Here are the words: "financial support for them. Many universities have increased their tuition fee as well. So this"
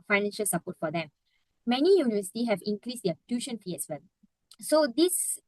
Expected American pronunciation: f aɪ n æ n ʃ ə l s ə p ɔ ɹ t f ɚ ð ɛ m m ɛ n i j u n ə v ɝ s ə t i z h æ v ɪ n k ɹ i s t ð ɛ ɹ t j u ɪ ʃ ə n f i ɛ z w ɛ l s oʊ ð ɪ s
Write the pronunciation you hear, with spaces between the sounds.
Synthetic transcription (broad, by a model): f aɪ n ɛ n ʃ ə l s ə p ɔ t f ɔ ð ɛ m m ɛ n i j u n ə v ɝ s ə t i h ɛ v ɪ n k ɹ i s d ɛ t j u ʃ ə n f i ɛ s w ɛ l s oʊ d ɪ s